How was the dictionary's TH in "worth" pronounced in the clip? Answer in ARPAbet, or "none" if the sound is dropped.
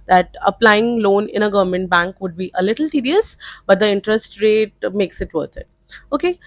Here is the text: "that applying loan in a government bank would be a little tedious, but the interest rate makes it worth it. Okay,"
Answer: T